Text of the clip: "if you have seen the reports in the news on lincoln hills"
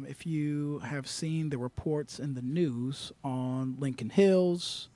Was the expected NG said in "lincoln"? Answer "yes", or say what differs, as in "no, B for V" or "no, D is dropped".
yes